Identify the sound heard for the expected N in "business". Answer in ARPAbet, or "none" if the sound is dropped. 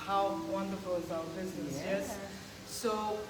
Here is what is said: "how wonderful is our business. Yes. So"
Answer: none